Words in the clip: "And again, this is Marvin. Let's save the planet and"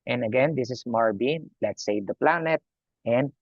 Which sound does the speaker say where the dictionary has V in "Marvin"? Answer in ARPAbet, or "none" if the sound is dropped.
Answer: B